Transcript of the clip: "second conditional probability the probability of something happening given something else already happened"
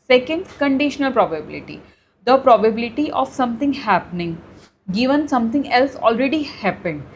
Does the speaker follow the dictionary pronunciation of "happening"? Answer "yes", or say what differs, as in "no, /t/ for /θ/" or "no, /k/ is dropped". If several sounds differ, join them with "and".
yes